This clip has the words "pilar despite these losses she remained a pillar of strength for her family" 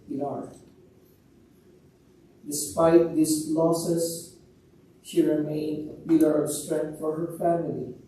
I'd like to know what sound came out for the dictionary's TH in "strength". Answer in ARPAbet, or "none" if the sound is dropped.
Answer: T